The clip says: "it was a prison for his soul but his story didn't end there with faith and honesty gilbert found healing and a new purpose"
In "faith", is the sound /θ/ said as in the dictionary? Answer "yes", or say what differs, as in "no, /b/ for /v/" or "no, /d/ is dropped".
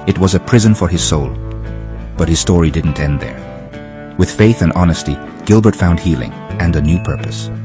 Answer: yes